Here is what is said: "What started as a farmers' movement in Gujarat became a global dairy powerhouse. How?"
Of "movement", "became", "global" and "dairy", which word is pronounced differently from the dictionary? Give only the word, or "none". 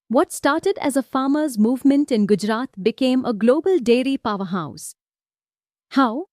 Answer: none